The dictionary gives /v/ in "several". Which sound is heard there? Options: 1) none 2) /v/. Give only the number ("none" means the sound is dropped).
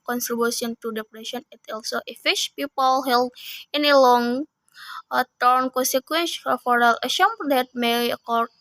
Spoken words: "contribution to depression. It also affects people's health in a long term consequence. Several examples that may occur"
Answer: 1